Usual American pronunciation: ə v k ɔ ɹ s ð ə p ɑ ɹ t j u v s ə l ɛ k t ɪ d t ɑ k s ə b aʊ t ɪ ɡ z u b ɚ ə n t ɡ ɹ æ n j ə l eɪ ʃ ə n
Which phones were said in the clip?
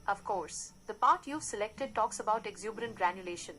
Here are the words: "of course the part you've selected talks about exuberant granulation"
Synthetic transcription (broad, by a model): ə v k ɔ ɹ s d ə p ɑ ɹ t j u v s ə l ɛ k t ɪ d t ɑ k s ə b aʊ t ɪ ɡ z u b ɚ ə n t ɡ ɹ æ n j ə l eɪ ʃ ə n